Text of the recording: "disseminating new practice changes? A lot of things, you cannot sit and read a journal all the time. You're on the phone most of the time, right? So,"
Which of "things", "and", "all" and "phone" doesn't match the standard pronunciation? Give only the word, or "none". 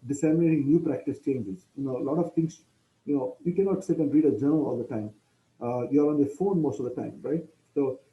things